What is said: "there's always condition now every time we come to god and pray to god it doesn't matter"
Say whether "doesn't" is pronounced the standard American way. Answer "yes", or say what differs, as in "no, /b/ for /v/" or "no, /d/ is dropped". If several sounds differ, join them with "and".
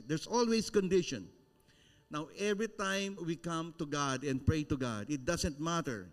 no, /s/ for /z/